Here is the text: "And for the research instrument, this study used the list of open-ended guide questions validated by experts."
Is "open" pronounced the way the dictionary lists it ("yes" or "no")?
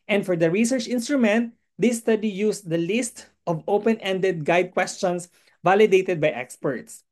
yes